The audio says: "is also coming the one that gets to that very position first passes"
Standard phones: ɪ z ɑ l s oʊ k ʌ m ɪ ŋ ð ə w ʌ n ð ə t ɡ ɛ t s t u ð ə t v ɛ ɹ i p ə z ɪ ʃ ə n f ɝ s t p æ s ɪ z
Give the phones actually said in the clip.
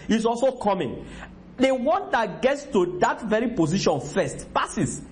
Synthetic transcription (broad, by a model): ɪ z ɑ l s oʊ k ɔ m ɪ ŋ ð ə w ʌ n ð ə t ɡ ɛ t s t u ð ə t v ɛ ɹ i p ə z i ʃ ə n f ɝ s t p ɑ s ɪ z